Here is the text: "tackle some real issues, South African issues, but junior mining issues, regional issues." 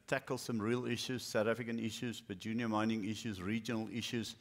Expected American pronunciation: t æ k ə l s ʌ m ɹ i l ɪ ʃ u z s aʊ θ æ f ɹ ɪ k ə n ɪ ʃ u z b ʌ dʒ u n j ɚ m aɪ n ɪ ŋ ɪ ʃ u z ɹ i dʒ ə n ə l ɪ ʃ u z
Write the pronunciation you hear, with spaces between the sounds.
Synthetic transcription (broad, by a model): t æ k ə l s ʌ m ɹ i l ɪ ʃ u z s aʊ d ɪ f ɪ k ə n ɪ ʃ u z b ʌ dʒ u n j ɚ m aɪ n ɪ ŋ ɪ ʃ u z ɹ i dʒ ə n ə l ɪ ʃ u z